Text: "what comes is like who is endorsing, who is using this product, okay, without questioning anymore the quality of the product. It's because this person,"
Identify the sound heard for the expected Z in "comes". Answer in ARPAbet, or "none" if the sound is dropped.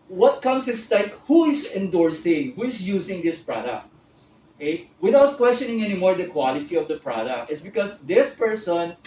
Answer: S